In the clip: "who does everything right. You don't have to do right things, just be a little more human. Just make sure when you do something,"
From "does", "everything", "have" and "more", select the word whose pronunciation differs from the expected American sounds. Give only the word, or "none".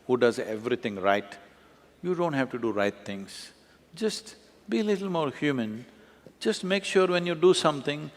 everything